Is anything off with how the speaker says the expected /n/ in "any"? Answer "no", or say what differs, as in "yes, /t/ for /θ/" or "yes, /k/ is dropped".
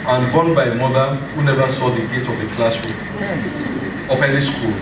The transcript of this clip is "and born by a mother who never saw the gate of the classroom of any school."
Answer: yes, /l/ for /n/